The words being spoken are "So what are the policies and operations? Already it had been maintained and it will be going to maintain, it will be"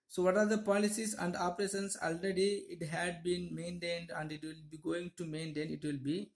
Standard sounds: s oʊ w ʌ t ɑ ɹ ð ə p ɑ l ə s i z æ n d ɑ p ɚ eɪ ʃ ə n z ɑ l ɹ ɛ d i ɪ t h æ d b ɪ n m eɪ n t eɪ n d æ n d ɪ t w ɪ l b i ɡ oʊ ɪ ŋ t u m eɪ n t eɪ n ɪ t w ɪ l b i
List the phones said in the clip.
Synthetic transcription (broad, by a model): s oʊ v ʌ t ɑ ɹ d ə p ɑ l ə s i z æ n d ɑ p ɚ eɪ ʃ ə n s ɑ l ɹ ɛ d i ɪ t h æ d b ɪ n m eɪ n t eɪ n d æ n d ɪ t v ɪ l b i ɡ oʊ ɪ ŋ t u m eɪ n t eɪ n ɪ t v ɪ l b i